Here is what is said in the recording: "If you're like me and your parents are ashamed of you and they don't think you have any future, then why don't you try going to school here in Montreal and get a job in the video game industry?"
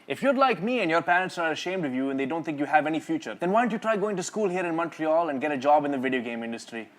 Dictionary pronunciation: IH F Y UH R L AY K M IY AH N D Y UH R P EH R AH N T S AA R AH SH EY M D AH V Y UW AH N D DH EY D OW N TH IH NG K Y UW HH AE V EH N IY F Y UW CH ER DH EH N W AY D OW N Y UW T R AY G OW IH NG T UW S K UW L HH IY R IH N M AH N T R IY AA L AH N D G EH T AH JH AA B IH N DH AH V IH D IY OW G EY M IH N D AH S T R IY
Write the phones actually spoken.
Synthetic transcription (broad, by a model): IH F Y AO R L AY K M IY AH N D Y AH R P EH R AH N T S AA R AH SH EY M D AH V Y UW AH N D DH EY D OW N T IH NG K Y UW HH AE V EH N IY F Y UW CH ER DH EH N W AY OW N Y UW T R AY G OW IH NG T UW S K UW L HH IY R IH N M AH N T R IY AA L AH N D G EH T AH JH AA B IH N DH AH V IH D IY OW G EY M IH N D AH S T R IY